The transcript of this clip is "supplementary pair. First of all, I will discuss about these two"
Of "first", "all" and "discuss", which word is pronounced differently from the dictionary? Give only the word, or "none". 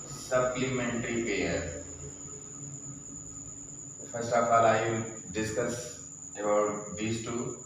first